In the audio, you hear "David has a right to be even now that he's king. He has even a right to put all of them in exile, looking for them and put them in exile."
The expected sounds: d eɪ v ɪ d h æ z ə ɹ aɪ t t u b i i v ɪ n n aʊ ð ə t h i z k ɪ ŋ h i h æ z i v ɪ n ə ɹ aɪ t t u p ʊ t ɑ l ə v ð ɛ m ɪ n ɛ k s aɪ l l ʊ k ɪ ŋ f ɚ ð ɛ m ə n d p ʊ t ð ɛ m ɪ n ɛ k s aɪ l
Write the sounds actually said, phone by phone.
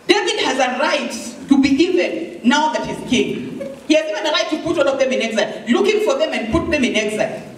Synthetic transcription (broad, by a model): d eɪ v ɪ d h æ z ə ɹ aɪ t t u b i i v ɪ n n aʊ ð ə t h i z k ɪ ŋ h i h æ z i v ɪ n ə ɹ aɪ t t u p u t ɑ n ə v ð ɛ m ɪ n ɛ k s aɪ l l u k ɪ ŋ f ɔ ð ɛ m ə n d p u t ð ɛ m ɪ n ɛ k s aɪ